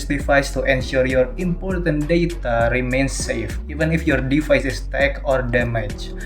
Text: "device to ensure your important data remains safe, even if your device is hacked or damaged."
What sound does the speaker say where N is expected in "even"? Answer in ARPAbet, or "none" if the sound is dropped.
N